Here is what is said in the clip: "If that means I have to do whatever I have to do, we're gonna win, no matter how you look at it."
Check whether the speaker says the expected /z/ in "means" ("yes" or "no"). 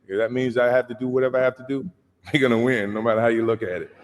yes